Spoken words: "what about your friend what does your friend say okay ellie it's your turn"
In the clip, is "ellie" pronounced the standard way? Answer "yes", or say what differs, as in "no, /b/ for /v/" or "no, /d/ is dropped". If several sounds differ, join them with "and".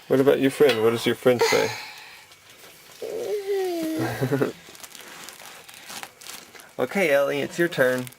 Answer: yes